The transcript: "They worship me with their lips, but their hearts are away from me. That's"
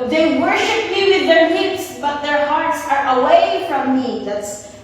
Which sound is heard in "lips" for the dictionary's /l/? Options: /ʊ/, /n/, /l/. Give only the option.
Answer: /n/